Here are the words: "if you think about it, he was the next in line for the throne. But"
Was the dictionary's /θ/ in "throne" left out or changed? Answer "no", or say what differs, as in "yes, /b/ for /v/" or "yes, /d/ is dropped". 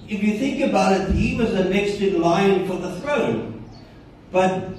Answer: no